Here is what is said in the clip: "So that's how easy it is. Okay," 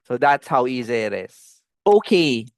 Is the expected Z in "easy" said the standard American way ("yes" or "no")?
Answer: yes